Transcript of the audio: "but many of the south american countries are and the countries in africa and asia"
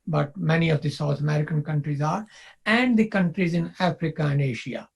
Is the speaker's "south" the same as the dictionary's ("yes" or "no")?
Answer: no